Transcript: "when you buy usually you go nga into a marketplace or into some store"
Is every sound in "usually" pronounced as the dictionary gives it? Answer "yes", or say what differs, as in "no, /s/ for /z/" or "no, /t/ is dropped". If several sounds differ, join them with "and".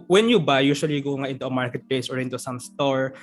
no, /ʃ/ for /ʒ/ and /l/ is dropped